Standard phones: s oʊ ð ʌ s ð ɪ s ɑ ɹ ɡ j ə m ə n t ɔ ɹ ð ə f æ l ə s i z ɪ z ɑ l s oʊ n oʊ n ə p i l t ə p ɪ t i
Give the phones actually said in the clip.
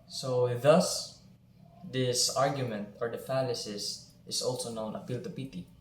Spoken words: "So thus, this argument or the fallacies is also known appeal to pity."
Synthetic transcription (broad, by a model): s oʊ ð ʌ s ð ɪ s ɑ ɹ ɡ j ə m ə n t ɔ ɹ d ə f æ l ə s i s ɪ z ɑ l s oʊ n oʊ n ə f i l t ə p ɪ t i